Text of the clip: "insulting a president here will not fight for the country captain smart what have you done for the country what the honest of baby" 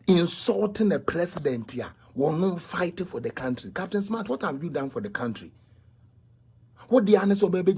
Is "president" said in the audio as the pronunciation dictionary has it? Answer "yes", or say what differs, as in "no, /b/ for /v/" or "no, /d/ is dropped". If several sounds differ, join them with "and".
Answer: no, /s/ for /z/